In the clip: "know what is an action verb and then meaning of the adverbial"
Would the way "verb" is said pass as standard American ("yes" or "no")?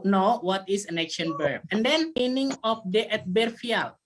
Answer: no